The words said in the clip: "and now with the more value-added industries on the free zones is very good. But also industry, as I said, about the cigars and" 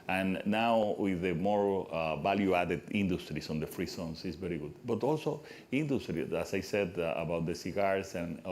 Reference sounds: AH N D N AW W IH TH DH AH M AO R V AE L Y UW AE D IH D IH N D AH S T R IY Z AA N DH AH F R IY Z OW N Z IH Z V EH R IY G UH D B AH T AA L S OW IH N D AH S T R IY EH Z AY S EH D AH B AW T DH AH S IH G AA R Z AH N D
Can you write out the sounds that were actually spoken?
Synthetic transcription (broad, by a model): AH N N AW W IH DH AH M AO R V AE L Y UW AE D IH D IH N D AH S T R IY S AA N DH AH F R IY S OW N S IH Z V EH R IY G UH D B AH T AA L S OW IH N D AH S T R IY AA S AY S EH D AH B AW T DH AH S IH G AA R S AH N